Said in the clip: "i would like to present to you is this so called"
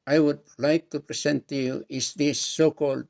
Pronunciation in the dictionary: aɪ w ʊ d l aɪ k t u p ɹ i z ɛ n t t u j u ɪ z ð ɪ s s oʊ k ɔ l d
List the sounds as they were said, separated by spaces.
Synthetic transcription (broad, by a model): aɪ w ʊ d l aɪ k t u p ɹ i s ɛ n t t u j u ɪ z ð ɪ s s oʊ k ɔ l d